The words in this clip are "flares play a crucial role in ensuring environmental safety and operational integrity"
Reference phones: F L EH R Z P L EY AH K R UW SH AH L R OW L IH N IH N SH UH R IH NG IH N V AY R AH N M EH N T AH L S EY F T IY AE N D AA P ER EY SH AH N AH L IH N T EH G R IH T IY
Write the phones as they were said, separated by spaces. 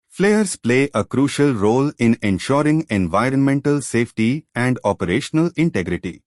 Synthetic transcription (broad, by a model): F L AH R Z P L EY AH K R UW SH AH L R OW L IH N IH N SH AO R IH NG IH N V AY R AH N M EH N T AH L S EY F T IY AE N D AA P ER EY SH AH N AH L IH N T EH G R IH T IY